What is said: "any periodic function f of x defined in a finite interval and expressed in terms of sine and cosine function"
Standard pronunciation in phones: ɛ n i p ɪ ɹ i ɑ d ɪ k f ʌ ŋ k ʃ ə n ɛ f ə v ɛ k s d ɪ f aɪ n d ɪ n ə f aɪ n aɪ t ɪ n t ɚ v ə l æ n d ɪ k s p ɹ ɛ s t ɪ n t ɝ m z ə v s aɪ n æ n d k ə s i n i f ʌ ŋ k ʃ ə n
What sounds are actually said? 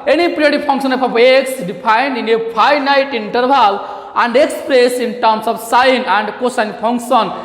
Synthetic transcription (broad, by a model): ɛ n i p ɹ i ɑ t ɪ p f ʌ ŋ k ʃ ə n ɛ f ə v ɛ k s d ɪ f aɪ n d ɪ n ə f aɪ n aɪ t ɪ n t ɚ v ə l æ n d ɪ k s p ɹ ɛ s ɪ n t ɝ m s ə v s aɪ n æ n d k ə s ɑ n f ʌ ŋ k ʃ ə n